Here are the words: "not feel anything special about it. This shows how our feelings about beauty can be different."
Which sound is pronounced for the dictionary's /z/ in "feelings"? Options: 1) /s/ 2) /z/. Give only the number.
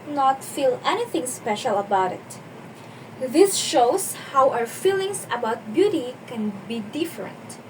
1